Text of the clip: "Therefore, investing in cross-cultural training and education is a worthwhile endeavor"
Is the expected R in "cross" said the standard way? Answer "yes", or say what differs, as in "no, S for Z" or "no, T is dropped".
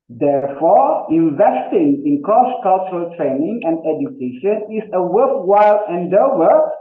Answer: no, R is dropped